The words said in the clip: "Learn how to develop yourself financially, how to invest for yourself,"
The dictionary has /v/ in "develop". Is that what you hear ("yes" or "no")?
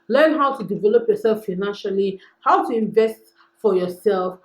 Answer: yes